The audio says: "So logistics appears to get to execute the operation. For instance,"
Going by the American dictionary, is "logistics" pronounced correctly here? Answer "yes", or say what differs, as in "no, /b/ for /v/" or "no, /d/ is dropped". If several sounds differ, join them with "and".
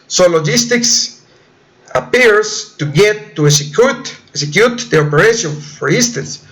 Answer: yes